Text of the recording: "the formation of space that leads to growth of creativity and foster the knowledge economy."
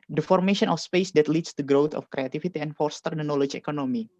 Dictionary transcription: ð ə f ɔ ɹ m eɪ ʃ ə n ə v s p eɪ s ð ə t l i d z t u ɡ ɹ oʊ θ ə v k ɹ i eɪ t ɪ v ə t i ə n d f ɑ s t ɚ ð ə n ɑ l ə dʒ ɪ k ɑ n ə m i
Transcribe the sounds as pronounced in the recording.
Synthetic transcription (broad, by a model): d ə f ɔ ɹ m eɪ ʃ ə n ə f s p eɪ s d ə t l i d s t u ɡ ɹ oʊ t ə f k ɹ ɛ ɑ t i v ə t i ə n f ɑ s t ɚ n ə n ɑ l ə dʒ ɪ k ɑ n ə m i